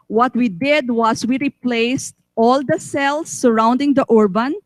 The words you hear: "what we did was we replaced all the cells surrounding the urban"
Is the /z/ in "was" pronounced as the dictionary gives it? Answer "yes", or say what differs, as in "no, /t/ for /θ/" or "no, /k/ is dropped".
no, /s/ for /z/